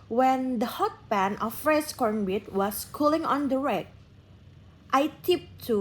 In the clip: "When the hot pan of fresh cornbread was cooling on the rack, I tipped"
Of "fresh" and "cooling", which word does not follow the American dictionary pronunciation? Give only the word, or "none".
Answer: fresh